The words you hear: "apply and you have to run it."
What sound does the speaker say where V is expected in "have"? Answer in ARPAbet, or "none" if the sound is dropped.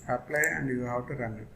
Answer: W